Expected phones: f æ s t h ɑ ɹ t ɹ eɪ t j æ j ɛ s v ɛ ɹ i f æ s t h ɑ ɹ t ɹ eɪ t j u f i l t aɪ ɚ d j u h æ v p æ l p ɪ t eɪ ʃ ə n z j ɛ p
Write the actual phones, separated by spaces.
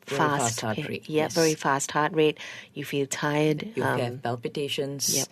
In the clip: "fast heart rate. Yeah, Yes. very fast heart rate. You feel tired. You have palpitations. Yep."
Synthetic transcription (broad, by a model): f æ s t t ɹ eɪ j j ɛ v ɛ ɹ i f æ s t h ɑ t ɹ eɪ t j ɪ f i l t aɪ ɚ d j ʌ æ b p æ l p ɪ t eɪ ʃ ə n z j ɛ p